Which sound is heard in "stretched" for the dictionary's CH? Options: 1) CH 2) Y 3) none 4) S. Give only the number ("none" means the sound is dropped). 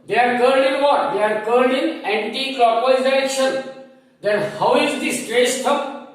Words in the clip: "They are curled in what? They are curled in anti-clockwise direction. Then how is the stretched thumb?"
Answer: 4